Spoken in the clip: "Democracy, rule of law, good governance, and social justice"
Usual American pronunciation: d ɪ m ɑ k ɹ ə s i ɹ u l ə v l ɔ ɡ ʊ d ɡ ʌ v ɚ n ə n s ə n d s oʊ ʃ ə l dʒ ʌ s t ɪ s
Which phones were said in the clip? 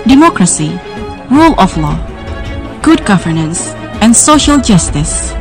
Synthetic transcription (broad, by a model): d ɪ m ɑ k ɹ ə s i ɹ u l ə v l ɔ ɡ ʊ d ɡ ʌ v ɚ n ə n s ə n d s oʊ ʃ ə l dʒ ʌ s t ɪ s